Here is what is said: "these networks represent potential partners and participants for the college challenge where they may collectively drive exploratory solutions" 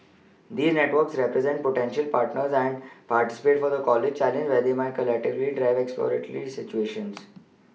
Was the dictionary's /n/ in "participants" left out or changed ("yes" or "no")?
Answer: yes